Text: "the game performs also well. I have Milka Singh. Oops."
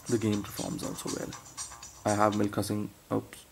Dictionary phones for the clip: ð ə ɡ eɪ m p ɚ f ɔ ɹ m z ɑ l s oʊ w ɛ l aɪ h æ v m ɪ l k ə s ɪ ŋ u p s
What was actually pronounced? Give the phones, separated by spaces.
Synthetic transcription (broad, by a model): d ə ɡ eɪ m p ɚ f ɔ ɹ m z ɑ l s oʊ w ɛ l aɪ h æ v m ɪ l k ə s ɪ ŋ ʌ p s